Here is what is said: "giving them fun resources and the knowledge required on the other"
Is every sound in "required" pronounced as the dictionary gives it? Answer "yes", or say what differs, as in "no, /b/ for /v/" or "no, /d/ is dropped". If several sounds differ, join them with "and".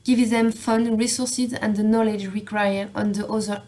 no, /d/ is dropped